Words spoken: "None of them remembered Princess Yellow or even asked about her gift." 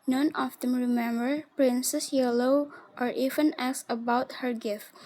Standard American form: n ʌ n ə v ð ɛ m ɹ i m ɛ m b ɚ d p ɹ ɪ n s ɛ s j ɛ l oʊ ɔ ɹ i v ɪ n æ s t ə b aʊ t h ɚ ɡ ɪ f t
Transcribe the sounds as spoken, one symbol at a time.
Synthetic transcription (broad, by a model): n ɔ n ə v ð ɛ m ɹ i m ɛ m b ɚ p ɹ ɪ n s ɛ s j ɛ l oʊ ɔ ɹ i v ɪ n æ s ə b aʊ t h ɚ ɡ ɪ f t